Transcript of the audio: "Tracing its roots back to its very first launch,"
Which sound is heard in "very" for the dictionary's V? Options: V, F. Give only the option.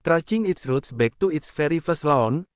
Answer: F